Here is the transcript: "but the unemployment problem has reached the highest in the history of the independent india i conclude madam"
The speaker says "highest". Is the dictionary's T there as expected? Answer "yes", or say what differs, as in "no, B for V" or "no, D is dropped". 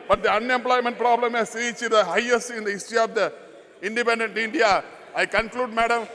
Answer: no, T is dropped